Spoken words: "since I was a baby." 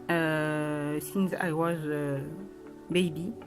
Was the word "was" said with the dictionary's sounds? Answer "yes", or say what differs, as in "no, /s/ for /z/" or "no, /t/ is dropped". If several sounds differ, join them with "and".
yes